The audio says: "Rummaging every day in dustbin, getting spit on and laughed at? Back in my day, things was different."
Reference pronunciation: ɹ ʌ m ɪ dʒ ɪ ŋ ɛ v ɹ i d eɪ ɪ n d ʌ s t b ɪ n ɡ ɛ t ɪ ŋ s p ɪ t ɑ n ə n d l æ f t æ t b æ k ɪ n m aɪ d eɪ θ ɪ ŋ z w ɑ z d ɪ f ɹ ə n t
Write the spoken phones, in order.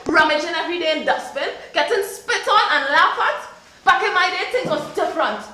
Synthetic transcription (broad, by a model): ɹ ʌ m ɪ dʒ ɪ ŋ ɛ v ɹ i d eɪ ɪ n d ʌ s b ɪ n ɡ ɛ t ɪ ŋ s p ɪ t ɑ n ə n l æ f ʌ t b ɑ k ɪ n m aɪ d eɪ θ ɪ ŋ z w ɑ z d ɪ f ɹ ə n t